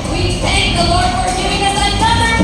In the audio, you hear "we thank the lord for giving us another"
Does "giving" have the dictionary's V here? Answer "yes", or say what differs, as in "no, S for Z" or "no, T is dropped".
no, B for V